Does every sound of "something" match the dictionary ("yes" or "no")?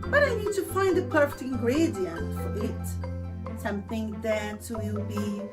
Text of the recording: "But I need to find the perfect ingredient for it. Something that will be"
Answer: yes